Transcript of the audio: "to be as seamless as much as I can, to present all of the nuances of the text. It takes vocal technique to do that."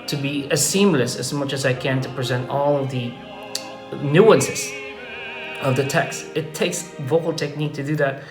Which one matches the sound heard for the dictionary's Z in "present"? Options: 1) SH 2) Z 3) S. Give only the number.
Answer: 2